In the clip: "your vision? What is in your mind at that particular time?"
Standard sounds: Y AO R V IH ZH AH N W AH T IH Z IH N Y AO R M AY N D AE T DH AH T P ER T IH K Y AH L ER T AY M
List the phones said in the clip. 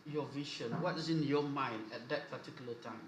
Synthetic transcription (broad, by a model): Y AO V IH SH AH N W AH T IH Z IH N Y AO M AY N D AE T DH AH T P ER T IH K Y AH L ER T AY M